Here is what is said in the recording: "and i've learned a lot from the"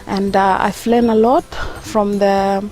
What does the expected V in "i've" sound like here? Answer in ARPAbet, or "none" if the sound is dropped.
F